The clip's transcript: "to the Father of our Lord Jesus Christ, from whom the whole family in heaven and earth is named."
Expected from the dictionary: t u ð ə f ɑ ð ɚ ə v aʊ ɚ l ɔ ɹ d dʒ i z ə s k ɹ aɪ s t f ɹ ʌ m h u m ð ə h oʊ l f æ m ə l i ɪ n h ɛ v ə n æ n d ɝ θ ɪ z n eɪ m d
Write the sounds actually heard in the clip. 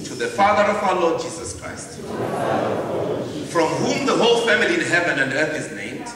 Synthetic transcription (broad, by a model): t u ð ə f ɑ ð ɚ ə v aʊ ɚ l ɔ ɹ d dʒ i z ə s k ɹ aɪ s t f ɹ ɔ m h u m ð ə h oʊ l f æ m ə l i ɪ n h ɛ v ə n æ n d ɝ θ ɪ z n eɪ m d